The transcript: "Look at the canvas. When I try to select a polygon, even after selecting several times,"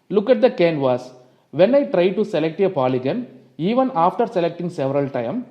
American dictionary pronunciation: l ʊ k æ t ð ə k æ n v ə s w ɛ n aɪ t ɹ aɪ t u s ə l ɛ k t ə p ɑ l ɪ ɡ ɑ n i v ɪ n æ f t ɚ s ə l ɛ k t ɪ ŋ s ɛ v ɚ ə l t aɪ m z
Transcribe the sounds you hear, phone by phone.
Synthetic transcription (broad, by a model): l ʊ k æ t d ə k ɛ n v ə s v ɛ n aɪ t ɹ aɪ t u s ə l ɛ k t ə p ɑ l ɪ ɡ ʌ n i v ɪ n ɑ f t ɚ s ə l ɛ k t ɪ ŋ s ɛ v ɚ ə l t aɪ m